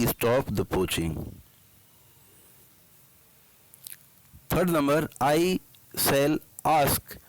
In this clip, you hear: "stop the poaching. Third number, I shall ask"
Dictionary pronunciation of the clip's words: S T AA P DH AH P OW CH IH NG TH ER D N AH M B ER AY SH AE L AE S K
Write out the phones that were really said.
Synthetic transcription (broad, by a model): S T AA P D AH P OW CH IH NG T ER D N AH M B ER AY S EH L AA S K